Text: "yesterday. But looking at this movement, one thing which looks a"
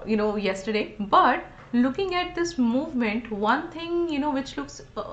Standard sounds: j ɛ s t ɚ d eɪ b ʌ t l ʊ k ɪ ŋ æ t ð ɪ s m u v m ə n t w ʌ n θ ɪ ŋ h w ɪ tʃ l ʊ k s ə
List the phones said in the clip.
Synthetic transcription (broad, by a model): j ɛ s t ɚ d eɪ b ʌ t l ʊ k ɪ ŋ æ t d ɪ s m u v m ə n t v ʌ n t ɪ ŋ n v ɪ tʃ l ʊ k s